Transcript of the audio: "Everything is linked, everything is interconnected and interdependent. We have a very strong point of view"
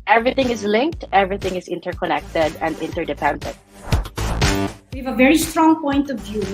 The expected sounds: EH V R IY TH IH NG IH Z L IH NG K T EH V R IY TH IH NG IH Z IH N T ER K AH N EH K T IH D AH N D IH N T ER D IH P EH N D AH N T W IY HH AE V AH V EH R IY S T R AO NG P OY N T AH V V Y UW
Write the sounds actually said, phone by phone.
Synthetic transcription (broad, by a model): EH V R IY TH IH NG IH Z L IH NG K T EH V R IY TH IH NG IH Z IH N T ER K AH N EH K T IH D AH N D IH N T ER D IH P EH N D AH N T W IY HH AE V AH V EH R IY S T R AO NG P OY N T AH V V Y UW